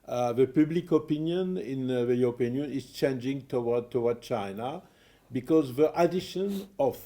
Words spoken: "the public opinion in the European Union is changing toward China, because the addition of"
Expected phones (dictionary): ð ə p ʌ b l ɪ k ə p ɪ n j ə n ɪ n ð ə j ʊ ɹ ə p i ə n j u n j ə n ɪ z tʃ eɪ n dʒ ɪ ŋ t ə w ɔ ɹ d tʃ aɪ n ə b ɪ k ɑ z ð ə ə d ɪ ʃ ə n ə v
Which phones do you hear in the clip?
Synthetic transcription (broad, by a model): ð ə p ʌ b l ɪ k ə p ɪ n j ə n ɪ n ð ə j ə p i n n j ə n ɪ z tʃ eɪ n dʒ ɪ ŋ t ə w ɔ w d tʃ aɪ n ə b ɪ k ɑ z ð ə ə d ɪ ʃ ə n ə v